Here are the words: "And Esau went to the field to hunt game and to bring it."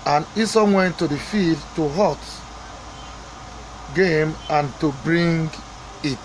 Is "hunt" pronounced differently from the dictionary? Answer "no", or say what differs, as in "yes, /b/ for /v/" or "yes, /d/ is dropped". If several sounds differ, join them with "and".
yes, /n/ is dropped